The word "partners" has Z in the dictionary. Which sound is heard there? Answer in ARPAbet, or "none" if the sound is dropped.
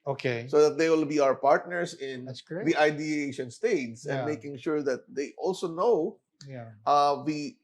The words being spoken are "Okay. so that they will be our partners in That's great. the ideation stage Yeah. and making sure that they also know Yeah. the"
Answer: S